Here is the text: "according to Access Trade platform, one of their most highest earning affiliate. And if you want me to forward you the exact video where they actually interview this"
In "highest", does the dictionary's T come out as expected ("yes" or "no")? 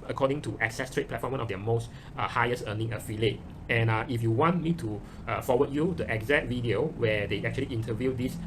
no